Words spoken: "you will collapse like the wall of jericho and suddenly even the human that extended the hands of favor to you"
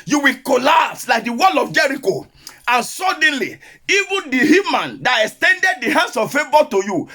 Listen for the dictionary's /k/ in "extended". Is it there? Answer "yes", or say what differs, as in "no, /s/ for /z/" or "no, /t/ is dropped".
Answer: yes